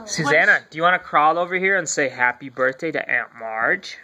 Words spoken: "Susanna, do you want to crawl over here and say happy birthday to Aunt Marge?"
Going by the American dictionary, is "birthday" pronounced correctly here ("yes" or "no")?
yes